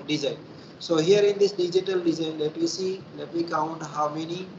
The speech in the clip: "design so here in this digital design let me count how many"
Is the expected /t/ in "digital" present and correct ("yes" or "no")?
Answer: yes